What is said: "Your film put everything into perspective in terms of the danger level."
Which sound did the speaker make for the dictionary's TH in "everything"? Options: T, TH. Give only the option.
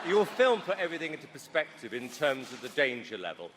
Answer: TH